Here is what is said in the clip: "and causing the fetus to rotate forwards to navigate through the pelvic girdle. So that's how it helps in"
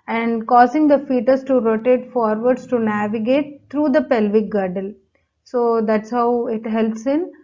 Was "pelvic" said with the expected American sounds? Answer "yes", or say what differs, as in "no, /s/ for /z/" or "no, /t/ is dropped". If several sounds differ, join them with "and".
yes